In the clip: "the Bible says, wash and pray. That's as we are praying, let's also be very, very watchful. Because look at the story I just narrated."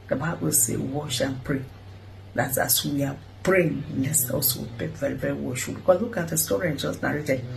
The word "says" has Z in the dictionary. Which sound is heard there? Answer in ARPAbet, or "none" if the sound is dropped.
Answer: none